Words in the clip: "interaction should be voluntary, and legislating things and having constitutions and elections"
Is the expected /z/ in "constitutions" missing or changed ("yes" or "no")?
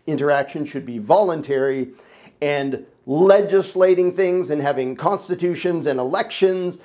no